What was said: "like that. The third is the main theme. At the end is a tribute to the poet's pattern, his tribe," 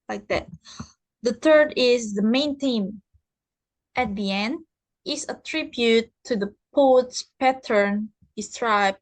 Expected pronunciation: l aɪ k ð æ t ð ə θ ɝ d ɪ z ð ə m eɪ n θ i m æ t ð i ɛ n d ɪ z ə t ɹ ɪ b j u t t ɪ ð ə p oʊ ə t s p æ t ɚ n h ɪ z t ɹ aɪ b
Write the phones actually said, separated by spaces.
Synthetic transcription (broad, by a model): l aɪ k ð æ t ð ə θ ɝ d ɪ z ð ə m eɪ n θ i m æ t ð i ɛ n d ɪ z ə t ɹ ɪ b j u t t ɪ ð ə p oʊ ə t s p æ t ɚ n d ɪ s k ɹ aɪ b